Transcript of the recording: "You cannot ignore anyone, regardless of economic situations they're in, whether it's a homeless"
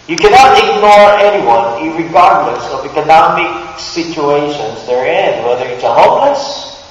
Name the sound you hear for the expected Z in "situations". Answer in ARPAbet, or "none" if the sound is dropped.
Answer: Z